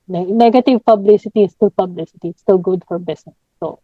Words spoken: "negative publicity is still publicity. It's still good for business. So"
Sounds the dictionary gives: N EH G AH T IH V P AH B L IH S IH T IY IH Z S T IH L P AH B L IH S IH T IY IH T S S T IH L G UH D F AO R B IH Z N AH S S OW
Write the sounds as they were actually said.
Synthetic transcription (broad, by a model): N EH G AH T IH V P AH B L IH S IH T IY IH S T IH L P AH B L IH S IH T IY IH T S S T IH L G UH D F AO R B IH S N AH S S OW